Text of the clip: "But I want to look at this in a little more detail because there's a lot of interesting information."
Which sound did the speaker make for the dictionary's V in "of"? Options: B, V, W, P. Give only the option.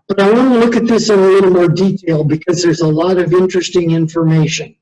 V